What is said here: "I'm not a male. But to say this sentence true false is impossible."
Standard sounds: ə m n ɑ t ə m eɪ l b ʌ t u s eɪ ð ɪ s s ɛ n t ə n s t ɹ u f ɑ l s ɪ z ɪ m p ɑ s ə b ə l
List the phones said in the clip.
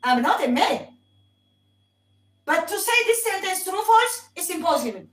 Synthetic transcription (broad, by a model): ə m n ɑ t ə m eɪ b ʌ t u s eɪ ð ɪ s s ɛ n t ə n s t ɹ u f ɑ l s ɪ s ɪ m p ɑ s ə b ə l